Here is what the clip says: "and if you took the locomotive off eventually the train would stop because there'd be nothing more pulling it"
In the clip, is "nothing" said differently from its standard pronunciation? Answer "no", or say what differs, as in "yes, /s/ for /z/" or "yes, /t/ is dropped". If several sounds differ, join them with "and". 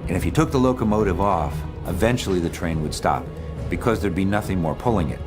no